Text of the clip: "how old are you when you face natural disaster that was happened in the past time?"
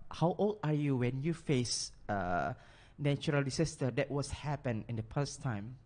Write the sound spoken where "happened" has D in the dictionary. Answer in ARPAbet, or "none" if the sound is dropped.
none